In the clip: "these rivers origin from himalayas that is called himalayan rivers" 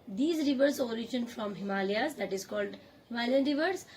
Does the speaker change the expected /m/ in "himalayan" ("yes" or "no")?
yes